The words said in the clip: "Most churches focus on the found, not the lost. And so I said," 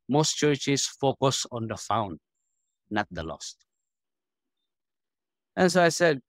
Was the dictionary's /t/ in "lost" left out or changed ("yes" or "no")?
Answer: no